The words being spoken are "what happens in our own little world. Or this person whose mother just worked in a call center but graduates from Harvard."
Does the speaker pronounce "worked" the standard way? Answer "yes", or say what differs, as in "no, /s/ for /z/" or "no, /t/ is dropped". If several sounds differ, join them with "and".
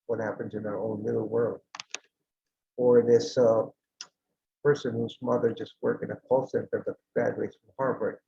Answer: no, /t/ is dropped